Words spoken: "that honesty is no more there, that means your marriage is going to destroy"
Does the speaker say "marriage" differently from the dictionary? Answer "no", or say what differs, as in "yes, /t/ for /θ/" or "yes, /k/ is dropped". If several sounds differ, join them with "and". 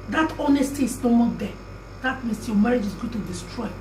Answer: no